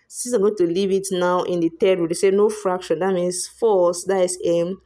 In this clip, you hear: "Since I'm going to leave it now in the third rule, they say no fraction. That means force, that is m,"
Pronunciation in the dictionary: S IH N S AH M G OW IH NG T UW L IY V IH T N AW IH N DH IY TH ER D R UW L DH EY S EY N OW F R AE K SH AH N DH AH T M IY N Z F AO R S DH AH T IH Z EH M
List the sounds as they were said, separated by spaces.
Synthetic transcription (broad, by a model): S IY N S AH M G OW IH T UW L IY V IH T N AW IH N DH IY T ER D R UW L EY S EY N OW F R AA K SH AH N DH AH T M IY N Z F AO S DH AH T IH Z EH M